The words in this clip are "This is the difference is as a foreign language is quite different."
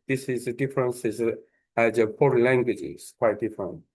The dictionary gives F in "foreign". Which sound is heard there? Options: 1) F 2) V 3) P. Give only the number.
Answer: 3